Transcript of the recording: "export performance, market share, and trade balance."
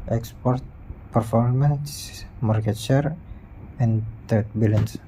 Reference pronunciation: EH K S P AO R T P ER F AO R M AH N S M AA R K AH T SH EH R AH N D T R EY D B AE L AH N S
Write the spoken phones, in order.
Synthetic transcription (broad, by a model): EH K S P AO R T P ER F AO R M AH N S M AA R K AH T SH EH R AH N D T EY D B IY L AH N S